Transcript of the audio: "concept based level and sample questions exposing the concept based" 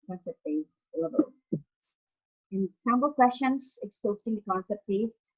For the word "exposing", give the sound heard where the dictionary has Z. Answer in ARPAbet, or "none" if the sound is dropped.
S